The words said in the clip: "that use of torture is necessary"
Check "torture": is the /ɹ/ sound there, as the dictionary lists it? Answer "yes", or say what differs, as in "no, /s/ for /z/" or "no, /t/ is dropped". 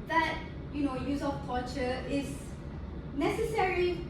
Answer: no, /l/ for /ɹ/